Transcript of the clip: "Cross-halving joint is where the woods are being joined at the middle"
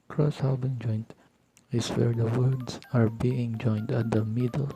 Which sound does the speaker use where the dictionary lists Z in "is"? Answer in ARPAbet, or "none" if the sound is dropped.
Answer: S